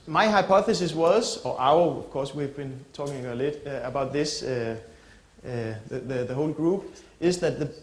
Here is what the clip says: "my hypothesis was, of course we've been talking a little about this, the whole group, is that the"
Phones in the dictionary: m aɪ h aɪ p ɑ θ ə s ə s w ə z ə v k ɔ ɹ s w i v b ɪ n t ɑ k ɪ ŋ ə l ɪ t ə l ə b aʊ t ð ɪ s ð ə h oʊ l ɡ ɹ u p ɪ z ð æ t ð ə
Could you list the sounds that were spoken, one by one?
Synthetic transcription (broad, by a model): m aɪ h aɪ p ɑ θ ə s ə s w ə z ə v k ɔ s w i v b ɪ n t ɑ k ɪ ŋ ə l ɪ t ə ə b aʊ t ð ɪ s ð ə h oʊ l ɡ ɹ u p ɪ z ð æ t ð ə